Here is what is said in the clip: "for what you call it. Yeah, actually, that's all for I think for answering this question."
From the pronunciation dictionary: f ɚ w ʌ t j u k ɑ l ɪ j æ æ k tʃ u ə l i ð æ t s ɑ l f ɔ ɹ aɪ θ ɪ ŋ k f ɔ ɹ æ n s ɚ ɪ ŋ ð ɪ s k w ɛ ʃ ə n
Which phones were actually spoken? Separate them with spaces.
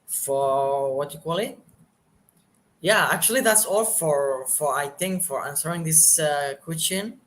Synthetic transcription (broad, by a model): f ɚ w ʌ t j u k ɑ l ɪ j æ æ k tʃ u ə l i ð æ t s ɑ l f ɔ ɹ aɪ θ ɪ ŋ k f ɔ ɹ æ n s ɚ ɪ ŋ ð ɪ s k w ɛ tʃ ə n